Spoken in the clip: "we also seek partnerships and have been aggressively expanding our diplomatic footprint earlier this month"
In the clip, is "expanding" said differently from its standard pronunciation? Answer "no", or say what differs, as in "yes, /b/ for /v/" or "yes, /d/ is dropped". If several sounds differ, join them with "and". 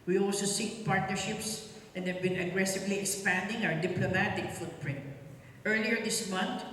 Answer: no